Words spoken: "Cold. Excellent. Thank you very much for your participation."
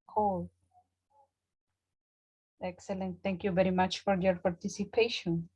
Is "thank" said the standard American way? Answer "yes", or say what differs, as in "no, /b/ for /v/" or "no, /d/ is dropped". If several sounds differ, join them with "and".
no, /t/ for /θ/